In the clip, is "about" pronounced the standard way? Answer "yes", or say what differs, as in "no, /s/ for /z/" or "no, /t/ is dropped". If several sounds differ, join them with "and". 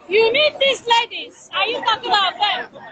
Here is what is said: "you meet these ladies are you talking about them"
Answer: no, /b/ is dropped